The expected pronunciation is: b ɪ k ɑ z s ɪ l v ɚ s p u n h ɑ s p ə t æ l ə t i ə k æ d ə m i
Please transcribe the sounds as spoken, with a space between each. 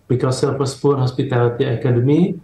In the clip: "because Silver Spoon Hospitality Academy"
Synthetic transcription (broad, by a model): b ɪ k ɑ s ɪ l p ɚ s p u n h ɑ s p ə t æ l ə t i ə k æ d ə m i